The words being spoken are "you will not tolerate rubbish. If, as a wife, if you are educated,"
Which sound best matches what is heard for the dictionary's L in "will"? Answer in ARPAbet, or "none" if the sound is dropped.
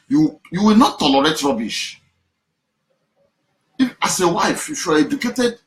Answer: W